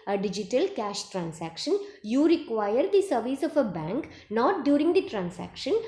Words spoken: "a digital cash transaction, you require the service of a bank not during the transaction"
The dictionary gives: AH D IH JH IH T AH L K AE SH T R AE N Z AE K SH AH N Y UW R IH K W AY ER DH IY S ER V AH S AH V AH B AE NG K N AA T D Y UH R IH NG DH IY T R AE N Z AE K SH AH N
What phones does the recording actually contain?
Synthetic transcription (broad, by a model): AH D IH JH IH T AH L K AE SH T R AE N S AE K SH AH N Y UW R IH K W AY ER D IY S ER V AH S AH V AH B AE NG K N AA T D Y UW R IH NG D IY T R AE N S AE K SH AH N